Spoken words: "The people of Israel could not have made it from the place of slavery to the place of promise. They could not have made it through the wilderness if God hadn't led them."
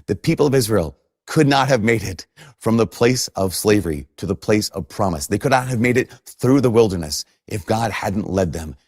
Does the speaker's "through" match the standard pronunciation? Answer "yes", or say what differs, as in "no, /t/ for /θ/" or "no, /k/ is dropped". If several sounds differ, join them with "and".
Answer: yes